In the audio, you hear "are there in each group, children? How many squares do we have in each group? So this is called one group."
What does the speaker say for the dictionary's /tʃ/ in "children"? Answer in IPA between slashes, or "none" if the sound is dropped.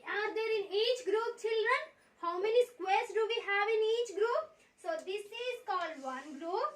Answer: /tʃ/